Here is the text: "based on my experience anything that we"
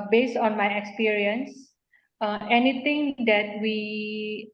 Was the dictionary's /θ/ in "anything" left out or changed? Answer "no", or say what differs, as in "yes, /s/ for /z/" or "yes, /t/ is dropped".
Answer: yes, /t/ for /θ/